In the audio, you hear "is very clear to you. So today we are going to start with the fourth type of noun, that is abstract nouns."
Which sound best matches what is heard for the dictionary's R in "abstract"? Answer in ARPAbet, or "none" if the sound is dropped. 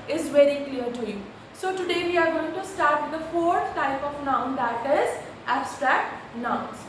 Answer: R